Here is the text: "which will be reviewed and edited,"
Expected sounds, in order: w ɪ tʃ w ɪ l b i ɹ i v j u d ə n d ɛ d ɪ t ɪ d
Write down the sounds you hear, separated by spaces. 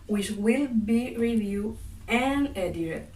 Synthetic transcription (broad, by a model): w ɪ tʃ w ɪ l b i ɹ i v j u ə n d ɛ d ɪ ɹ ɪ